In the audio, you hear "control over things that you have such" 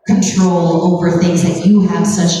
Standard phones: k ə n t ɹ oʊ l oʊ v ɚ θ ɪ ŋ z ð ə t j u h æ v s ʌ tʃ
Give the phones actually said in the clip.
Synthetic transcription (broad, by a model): k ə n t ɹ oʊ l oʊ v ɚ θ ɪ ŋ z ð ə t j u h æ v s ʌ tʃ